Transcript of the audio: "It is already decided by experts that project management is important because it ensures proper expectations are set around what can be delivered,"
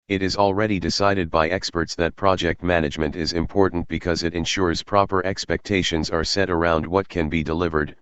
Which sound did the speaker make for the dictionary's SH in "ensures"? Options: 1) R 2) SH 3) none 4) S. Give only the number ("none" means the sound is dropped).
2